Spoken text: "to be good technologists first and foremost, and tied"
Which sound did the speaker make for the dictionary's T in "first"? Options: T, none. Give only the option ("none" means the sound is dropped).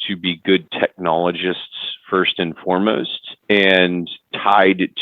T